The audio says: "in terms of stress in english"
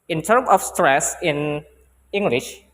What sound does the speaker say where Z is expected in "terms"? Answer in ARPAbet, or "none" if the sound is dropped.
none